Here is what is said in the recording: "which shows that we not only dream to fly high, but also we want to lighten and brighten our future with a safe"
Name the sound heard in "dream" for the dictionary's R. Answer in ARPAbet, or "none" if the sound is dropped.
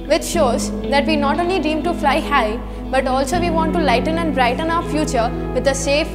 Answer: none